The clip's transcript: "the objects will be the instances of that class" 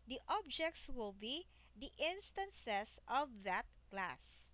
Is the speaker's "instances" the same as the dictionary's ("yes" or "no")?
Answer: no